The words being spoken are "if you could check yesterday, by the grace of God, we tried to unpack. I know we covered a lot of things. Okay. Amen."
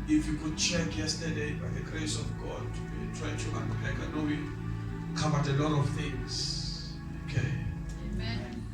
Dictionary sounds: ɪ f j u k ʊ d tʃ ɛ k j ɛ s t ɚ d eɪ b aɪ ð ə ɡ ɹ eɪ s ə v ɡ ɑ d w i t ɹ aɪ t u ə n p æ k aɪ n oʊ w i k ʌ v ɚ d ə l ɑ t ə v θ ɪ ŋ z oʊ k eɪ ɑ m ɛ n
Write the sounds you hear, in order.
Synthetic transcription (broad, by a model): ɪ f j u k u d tʃ ɛ k j ɛ s t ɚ d eɪ b aɪ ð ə ɡ ɹ eɪ s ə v ɡ ɑ d w i t ɹ aɪ t u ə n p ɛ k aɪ n oʊ w i k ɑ b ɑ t ə l ɑ t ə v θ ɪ ŋ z oʊ k eɪ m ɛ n